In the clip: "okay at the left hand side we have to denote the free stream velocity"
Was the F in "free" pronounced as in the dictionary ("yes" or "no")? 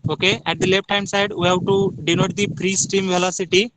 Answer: no